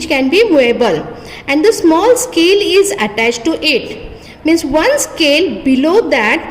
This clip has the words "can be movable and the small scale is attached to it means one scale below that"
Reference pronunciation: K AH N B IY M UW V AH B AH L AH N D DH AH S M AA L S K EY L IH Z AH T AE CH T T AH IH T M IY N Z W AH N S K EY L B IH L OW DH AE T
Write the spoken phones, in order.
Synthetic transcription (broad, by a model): K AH N B IY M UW AH B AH L AH N D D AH S M AA L S K EY L IH Z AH T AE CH T T IH T M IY N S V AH N S K EY L B IH L OW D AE T